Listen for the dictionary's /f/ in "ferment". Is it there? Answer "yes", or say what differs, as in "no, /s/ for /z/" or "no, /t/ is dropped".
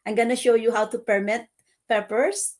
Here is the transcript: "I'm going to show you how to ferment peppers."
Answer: no, /p/ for /f/